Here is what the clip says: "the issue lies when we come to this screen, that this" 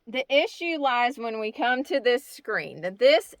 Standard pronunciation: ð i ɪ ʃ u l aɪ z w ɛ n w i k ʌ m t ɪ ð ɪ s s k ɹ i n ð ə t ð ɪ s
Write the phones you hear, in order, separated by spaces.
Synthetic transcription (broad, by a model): ð i ɪ ʃ u l aɪ z w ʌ n w i k ʌ m t ɪ ð ɪ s s k ɹ i n ð ə t ð ɪ s